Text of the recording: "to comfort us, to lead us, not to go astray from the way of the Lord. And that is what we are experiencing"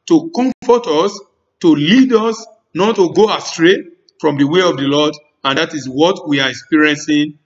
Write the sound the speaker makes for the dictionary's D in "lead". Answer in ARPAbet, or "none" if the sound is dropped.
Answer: D